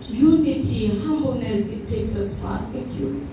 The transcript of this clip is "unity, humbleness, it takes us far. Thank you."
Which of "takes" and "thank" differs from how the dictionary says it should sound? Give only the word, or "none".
thank